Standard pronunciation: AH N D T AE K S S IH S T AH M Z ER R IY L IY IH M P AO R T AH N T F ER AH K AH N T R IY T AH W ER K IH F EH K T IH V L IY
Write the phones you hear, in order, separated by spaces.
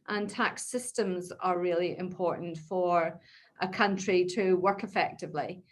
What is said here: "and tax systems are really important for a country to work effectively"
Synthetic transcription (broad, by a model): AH N T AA K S S IH S T AH M Z ER R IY L IY IH M P AO R T N T F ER AH K AH N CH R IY T AH W ER K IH F EH K T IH V L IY